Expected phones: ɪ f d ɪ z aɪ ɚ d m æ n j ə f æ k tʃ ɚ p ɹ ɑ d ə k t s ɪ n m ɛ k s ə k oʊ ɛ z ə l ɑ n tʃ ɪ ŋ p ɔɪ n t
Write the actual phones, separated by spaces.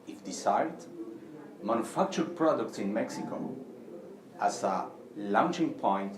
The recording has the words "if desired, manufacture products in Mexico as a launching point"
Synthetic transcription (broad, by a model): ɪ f d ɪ s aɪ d m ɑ n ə f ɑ k tʃ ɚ p ɹ ɑ d ə k t s ɪ n m ɛ k s ə k oʊ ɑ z ə l ɑ n tʃ ɪ ŋ p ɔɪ n t